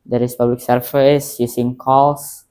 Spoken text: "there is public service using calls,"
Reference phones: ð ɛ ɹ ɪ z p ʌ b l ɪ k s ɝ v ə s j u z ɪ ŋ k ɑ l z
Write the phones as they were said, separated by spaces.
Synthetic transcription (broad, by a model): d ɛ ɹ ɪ s p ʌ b l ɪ k s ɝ f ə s j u s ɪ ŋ k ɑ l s